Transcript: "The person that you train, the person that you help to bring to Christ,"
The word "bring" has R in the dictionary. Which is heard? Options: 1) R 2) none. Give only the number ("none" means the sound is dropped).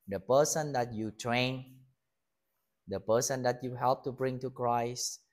1